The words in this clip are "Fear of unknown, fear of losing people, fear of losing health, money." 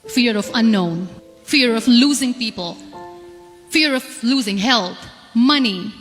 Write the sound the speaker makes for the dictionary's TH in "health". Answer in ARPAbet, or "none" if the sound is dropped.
T